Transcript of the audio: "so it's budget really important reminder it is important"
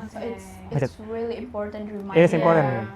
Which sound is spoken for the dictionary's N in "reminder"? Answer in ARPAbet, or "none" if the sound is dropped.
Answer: none